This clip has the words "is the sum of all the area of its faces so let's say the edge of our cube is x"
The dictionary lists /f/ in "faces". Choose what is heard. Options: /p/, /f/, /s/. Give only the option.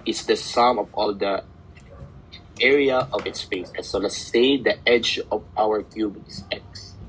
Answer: /p/